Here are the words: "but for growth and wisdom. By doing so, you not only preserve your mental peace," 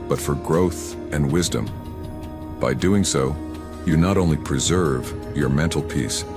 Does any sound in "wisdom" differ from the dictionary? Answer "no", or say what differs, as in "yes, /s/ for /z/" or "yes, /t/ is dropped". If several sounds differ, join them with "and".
no